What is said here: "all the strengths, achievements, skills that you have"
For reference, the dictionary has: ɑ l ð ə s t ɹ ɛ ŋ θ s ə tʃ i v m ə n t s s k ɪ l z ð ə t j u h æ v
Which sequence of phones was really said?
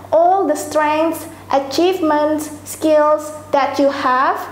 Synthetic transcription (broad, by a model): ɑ l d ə s t ɹ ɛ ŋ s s ə tʃ i v m ə n t s s k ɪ l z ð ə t j u h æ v